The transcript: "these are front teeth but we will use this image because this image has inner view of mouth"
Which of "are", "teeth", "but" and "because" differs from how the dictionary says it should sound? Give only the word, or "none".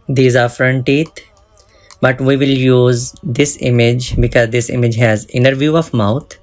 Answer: teeth